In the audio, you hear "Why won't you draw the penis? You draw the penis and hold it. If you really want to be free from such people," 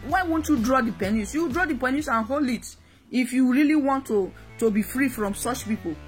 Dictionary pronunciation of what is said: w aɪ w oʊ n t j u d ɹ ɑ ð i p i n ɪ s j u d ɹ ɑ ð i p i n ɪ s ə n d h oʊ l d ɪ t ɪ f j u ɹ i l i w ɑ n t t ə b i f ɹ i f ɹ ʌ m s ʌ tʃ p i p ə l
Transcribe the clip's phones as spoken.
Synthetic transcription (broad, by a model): w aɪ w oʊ n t j u d ɹ ɑ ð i p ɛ n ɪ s j u d ɹ ɑ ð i p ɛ n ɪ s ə n h oʊ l ɪ t ɪ f j u ɹ i l i w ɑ n t t ə b i f ɹ i f ɹ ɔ m s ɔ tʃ p i p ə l